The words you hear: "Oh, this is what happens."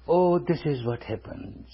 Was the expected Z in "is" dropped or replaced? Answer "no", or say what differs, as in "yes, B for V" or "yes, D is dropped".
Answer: no